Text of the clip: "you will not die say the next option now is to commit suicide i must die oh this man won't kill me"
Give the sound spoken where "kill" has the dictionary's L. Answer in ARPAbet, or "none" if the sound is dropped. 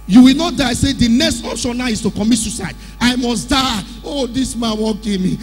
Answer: N